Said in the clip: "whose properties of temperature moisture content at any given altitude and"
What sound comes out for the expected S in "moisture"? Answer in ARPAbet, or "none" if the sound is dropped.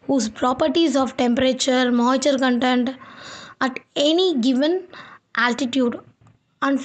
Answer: none